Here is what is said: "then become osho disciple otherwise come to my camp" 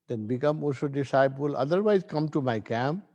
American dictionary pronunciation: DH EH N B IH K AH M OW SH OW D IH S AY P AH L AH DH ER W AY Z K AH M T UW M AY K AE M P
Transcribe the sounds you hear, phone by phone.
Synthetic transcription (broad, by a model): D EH N B IH K AH M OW S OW D IH S AY P AH L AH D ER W AY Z K AH M T UW M AY K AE M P